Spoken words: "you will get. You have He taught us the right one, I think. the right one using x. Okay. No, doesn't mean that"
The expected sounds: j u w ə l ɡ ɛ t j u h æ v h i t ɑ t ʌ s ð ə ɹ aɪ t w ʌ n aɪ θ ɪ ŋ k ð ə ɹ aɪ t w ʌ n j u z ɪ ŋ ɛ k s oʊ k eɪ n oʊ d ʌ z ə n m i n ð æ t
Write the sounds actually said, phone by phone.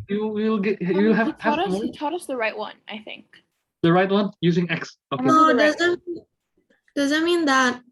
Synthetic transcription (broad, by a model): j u w ə l ɡ ɛ t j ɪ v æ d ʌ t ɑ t ʌ s ð ə ɹ aɪ t w ʌ n aɪ θ ɪ ŋ k ð ə ɹ aɪ t w ʌ n j u z ɪ ŋ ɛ k s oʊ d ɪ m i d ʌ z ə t m i n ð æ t